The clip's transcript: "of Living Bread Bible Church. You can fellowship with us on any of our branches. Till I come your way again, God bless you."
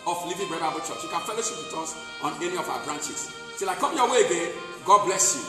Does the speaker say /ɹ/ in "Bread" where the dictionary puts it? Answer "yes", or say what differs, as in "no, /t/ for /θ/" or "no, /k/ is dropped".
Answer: no, /ɹ/ is dropped